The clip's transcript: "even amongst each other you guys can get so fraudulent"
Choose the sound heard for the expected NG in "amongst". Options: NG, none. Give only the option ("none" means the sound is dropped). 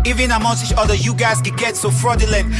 none